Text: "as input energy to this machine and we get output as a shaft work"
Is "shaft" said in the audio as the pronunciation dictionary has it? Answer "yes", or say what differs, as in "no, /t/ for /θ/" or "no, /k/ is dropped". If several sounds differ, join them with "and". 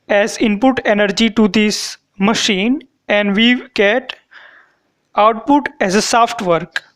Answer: no, /s/ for /ʃ/